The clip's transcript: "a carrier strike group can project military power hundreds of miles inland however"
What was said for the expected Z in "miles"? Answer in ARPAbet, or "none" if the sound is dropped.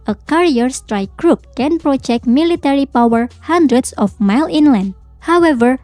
none